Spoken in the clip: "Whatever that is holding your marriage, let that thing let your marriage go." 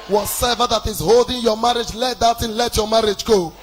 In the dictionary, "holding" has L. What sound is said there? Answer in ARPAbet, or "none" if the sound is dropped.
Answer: L